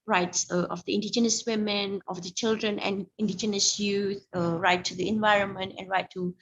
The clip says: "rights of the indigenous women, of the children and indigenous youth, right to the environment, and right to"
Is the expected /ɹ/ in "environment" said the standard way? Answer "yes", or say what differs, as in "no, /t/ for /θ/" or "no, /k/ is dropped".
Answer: yes